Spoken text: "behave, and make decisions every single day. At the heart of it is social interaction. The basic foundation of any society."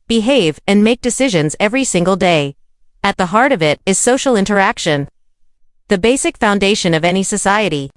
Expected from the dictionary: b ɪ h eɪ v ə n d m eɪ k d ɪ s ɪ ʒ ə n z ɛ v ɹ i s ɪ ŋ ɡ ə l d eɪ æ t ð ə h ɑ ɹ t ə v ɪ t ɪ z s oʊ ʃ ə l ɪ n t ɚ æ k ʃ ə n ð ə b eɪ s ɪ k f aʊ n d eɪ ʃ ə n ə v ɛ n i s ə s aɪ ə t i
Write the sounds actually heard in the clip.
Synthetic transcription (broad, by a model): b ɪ h eɪ v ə n m eɪ k d ɪ s ɪ ʒ ə n z ɛ v ɹ i s ɪ ŋ ɡ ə l d eɪ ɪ t ð ə h ɑ ɹ t ə v ɪ t ɪ z s oʊ ʃ l ɪ n t ɚ æ k ʃ ə n ð ə b eɪ s ɪ k f aʊ n d eɪ ʃ ə n ə v ɛ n i s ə s aɪ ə t i